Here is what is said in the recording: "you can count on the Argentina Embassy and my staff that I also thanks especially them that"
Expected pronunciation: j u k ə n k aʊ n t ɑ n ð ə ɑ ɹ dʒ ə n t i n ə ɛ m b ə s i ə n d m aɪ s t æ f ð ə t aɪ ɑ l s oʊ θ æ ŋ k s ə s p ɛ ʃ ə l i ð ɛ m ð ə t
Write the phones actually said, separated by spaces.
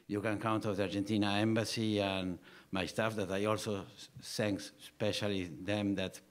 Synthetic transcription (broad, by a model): j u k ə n k aʊ n t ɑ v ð ɑ ɹ dʒ ə n t i n ə ɛ m b ə s i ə n m aɪ s t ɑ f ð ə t aɪ ɑ l s oʊ s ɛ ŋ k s s p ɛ ʃ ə l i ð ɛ m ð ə t